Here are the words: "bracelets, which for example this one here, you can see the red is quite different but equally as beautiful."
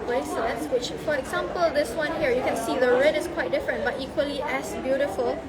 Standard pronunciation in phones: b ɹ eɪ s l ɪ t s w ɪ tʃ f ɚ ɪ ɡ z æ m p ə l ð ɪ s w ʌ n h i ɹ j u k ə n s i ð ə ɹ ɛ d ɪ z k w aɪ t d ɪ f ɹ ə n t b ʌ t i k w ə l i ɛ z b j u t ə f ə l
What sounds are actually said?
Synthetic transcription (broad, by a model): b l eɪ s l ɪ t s w ɪ tʃ f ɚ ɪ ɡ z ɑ m p ə l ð ɪ s w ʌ n h i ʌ j u k ə n s i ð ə ɹ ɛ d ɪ s k w aɪ t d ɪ f ɹ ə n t b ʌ t i k w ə l i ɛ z b j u t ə f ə l